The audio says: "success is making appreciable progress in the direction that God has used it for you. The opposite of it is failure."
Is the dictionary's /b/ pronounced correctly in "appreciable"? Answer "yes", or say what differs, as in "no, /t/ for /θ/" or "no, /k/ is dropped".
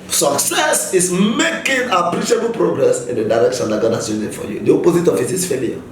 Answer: yes